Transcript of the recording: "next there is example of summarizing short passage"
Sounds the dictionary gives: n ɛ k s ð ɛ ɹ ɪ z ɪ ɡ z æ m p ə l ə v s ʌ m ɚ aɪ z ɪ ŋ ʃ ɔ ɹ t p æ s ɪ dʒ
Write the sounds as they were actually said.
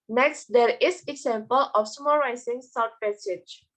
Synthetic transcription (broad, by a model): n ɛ k s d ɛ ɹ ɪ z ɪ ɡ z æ m p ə l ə f s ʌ m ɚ aɪ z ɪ ŋ s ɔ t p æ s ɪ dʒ